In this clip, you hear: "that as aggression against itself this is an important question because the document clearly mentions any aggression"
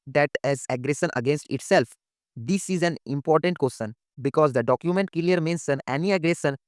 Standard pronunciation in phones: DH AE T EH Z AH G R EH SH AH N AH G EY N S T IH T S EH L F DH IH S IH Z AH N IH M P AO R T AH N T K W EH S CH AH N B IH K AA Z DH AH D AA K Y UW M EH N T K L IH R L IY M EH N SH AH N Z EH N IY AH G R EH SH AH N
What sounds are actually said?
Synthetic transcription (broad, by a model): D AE T EH Z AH G R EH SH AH N AH G EY N S T IH T S EH L F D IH S IH Z AH N IH M P AO R T AH N T K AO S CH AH N B IH K AA Z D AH D AA K Y UW M EH N T K L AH R M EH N S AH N EH N IY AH G R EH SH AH N